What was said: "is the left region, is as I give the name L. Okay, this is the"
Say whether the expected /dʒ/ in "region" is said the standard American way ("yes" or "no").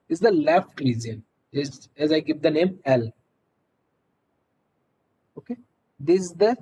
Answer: no